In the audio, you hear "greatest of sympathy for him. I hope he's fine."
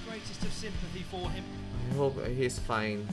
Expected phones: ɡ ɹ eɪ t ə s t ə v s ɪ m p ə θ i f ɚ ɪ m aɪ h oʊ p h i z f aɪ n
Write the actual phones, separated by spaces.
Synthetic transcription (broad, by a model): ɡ ɹ eɪ t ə s t ə v s ɪ m p ə θ i f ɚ ɪ m aɪ h oʊ p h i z f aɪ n